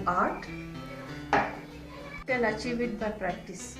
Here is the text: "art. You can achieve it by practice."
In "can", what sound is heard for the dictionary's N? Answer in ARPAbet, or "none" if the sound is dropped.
L